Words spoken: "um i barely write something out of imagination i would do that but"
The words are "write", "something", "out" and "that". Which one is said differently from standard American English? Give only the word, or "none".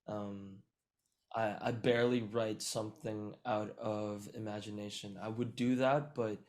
none